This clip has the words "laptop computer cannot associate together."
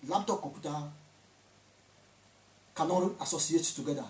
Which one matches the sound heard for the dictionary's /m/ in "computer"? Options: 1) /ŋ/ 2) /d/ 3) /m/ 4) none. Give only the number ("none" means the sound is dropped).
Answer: 4